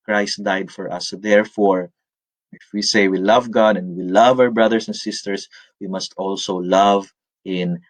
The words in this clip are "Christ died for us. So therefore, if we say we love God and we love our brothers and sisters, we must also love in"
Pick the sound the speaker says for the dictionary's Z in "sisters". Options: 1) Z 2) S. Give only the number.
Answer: 2